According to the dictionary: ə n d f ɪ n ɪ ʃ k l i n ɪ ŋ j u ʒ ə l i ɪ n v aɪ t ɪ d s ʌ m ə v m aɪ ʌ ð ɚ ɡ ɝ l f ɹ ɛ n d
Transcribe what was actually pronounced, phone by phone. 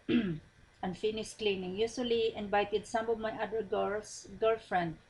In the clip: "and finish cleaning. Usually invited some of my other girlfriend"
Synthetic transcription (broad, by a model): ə n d f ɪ n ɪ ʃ k l i n ɪ ŋ j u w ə l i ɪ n b aɪ t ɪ d s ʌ m ə v m aɪ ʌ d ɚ ɡ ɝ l f ɹ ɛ n d